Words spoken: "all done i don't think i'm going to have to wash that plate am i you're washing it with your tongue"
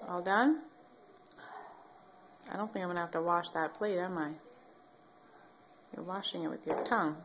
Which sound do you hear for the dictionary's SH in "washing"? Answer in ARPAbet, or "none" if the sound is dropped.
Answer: SH